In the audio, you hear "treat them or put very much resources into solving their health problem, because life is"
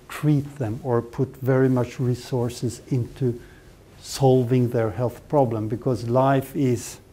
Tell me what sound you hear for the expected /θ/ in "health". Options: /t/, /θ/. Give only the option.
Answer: /θ/